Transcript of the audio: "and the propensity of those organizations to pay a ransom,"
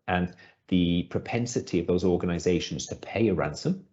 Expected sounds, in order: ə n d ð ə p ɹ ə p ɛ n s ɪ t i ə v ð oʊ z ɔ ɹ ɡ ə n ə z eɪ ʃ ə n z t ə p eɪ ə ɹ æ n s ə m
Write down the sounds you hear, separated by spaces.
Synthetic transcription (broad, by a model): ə n ð ə p ɹ ə p ɛ n s ɪ t i ə v ð oʊ z ɔ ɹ ɡ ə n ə z eɪ ʃ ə n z t ə p eɪ ə ɹ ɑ n s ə m